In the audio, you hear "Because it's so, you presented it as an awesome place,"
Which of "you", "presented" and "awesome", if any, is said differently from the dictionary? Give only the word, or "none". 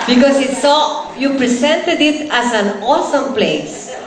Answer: presented